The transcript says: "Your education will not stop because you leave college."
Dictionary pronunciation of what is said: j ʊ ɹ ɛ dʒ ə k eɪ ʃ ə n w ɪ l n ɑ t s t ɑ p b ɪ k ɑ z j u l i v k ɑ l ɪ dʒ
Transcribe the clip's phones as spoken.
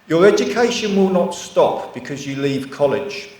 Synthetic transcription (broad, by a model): j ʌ ɹ ɛ dʒ ə k eɪ ʃ ə n w ɪ l n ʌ t s t ɑ p b ɪ k ɑ z j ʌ l i v k ɑ l ɪ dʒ